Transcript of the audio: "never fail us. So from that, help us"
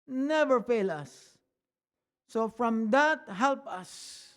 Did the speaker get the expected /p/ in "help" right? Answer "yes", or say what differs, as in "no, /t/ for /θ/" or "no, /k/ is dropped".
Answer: yes